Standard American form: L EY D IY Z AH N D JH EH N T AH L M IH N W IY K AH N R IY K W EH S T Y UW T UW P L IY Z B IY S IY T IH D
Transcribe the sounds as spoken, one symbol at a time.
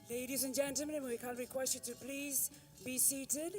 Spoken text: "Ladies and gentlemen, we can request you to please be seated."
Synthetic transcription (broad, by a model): L EY D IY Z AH N JH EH N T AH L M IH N W IY K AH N R IY K W EH S T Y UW T UW P L IY Z B IY S IY T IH D